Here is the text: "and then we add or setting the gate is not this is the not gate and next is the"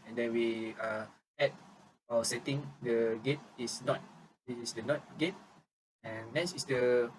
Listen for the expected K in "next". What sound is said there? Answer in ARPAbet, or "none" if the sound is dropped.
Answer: none